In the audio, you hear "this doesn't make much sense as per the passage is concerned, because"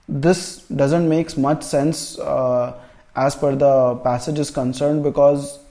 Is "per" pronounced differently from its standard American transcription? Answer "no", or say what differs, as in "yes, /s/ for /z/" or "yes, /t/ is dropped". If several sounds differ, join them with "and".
yes, /f/ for /p/